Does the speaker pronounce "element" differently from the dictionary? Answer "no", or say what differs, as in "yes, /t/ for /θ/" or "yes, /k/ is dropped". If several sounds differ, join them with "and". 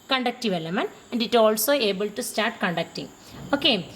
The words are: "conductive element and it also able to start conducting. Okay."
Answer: yes, /t/ is dropped